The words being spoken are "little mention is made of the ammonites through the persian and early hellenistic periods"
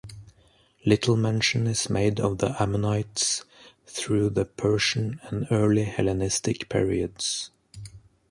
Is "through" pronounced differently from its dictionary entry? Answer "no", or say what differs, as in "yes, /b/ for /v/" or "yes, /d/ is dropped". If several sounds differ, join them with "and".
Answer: no